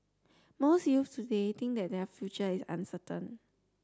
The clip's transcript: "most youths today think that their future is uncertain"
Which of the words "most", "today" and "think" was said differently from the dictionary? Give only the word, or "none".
think